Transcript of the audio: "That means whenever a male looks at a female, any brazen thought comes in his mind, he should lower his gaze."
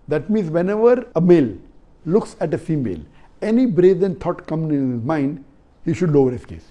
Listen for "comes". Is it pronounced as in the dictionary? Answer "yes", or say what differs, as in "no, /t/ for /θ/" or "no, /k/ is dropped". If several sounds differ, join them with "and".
no, /z/ is dropped